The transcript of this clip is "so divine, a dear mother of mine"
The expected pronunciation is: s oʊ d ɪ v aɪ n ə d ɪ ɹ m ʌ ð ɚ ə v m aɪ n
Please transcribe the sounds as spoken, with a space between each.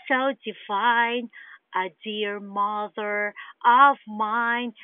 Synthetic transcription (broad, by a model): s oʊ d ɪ f aɪ n ə d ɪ ɹ m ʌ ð ɚ ə v m aɪ n